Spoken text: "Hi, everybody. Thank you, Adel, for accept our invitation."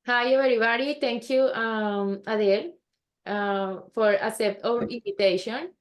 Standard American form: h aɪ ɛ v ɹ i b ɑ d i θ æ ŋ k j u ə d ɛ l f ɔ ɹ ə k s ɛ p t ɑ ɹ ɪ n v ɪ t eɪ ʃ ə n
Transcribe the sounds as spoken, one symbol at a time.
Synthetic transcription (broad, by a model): h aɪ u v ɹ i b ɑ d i t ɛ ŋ k j u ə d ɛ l f ɔ ɹ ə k s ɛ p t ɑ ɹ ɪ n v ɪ t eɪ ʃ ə n